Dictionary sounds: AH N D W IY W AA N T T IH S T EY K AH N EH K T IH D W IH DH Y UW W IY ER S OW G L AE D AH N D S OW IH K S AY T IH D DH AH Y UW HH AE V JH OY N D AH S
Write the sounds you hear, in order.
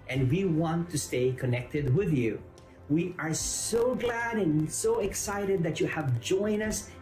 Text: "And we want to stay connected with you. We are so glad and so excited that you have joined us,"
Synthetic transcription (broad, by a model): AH N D W IY W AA N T T IH S T EY K AH N EH K T IH D W IH DH Y UW W IY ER S OW G L AE D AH N S OW IH K S AY T IH D DH AH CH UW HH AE V JH OY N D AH S